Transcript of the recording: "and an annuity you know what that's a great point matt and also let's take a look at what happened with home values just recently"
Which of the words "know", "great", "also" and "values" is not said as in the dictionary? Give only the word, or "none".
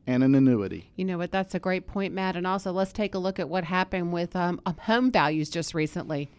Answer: none